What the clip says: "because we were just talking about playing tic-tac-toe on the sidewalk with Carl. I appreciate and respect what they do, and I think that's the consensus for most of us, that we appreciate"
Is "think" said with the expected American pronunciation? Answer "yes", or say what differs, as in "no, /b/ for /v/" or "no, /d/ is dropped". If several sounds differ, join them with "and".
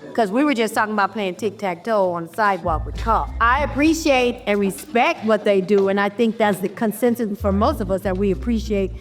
yes